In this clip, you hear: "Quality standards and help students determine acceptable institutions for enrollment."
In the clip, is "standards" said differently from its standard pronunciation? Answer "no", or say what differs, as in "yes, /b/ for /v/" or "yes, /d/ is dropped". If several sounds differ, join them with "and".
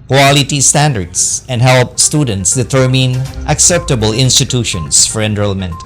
yes, /s/ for /z/